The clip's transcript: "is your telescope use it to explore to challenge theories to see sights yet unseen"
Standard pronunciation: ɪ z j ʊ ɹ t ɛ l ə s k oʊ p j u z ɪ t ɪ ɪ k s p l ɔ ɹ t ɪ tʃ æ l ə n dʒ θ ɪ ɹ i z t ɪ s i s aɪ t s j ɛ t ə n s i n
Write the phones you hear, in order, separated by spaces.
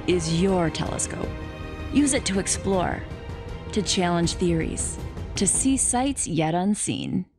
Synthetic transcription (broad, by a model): ɪ z j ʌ ɹ t ɛ l ə s k oʊ p j u z ɪ t ɪ ɪ k s p l ɔ ɹ t ɪ tʃ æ l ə n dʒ θ ɪ ɹ i z t ɪ s i s aɪ t s j ɛ t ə n s i n